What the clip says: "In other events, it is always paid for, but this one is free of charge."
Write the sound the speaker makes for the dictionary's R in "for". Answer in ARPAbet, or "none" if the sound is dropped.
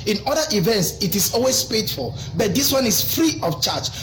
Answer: L